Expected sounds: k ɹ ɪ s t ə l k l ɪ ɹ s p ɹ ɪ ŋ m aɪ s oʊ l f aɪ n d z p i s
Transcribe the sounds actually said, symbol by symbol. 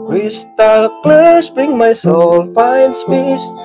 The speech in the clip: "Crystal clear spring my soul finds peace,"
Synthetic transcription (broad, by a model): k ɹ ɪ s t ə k l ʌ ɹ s b ɹ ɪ ŋ m aɪ s oʊ l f aɪ n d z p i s